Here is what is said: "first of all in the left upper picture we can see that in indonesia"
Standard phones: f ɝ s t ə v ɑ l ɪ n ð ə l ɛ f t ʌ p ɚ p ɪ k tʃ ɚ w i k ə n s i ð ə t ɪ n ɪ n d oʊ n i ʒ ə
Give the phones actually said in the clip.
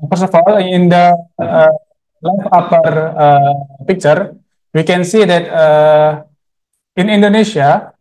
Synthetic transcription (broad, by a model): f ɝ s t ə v ɑ l ɪ n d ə l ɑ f ɑ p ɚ p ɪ k tʃ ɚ w i k ə n s i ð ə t ɪ n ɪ n d oʊ n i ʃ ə